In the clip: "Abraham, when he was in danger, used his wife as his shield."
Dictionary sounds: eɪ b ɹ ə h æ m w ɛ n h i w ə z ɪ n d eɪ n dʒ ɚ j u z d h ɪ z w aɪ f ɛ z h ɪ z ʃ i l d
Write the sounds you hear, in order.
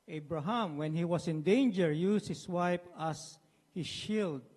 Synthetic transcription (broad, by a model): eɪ b ɹ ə h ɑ m w ɛ n h i w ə s ɪ n d eɪ n dʒ ɚ j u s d h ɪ s w aɪ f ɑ s h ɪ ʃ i l d